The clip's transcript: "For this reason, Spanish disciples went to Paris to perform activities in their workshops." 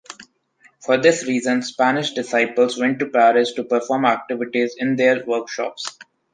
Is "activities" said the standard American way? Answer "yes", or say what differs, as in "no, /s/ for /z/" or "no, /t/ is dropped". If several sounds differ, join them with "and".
yes